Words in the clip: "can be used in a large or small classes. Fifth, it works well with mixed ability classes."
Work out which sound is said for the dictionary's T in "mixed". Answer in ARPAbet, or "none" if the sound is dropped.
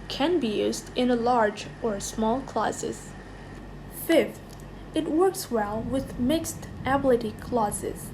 T